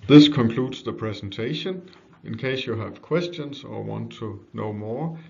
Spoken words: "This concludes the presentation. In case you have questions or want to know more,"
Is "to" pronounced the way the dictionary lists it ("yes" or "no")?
yes